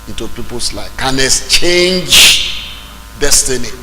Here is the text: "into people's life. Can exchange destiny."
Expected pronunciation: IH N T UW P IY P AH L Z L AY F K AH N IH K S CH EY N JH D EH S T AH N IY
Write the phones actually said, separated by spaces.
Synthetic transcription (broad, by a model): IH N T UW P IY P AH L S L AY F K AH N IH S CH EY N JH D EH S T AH N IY